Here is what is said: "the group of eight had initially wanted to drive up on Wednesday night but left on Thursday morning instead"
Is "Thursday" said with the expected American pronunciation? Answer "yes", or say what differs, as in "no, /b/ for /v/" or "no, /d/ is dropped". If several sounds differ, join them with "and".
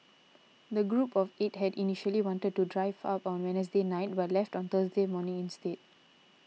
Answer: no, /t/ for /θ/